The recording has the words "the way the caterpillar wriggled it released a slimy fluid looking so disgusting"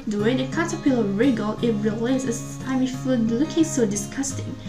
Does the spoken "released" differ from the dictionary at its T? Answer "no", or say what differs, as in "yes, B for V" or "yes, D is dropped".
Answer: yes, T is dropped